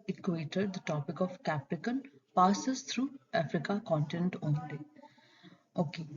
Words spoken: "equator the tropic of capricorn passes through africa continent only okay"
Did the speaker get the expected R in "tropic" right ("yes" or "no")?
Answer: no